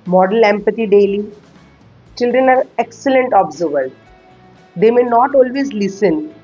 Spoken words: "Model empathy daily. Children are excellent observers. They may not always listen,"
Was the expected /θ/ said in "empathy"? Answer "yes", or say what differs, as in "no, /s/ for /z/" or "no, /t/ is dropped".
no, /t/ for /θ/